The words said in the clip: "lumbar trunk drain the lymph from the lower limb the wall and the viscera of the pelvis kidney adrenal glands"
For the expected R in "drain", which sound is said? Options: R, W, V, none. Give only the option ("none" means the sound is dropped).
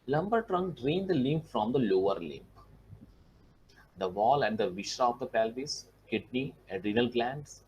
R